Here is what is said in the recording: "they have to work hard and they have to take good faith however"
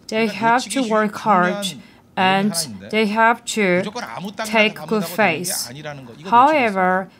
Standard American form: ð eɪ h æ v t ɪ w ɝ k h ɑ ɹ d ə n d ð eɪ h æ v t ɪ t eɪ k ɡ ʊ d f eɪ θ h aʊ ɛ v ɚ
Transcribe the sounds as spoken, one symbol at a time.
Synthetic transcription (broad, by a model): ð eɪ h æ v t ɪ w ɝ k h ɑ ɹ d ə n ð eɪ h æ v t ɪ t eɪ k ɡ ʊ d f eɪ s h aʊ ɛ v ɚ